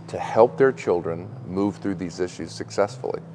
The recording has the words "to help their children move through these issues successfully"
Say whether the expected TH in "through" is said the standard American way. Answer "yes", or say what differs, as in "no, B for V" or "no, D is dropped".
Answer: yes